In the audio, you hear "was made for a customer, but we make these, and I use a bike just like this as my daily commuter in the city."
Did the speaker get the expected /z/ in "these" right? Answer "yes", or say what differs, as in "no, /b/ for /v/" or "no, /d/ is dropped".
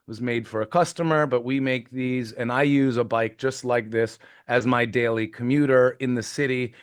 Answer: yes